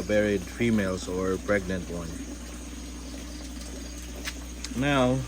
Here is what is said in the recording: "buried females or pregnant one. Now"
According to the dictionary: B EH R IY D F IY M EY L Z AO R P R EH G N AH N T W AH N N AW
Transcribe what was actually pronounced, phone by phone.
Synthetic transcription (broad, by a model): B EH R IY D F IY M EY L S AO R P R EH G N AH N T W AH N N AW